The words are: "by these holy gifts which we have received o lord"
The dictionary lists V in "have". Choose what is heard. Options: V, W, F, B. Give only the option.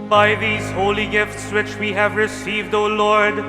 V